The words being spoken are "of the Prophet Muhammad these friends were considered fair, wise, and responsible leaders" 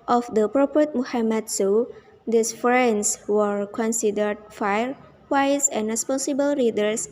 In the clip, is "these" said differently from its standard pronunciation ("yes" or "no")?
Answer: yes